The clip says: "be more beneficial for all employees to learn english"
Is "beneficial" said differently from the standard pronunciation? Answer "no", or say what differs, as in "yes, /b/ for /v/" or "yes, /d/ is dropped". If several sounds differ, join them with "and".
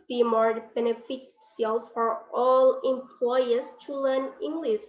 yes, /s/ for /ʃ/